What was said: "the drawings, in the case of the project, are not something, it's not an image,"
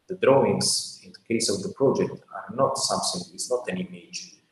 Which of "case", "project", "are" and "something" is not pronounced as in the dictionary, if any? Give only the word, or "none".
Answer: something